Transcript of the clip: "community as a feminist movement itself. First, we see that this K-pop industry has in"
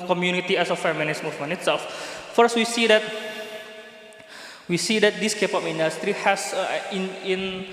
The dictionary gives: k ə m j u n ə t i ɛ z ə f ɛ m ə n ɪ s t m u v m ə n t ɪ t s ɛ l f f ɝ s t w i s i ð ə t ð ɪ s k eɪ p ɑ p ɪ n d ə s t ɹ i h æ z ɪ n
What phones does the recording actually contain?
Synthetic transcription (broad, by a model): k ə m j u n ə t i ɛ s ə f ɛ m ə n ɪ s m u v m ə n ɪ t s ɛ l f f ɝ s t w i s i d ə t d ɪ s k eɪ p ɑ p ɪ n d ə s t ɹ i h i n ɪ n